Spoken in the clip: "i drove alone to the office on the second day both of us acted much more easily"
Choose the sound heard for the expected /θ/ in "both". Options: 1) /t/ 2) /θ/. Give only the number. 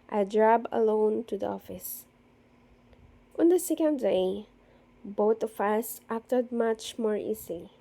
1